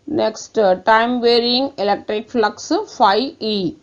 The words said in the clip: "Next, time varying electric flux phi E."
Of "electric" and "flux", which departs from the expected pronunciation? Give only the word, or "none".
none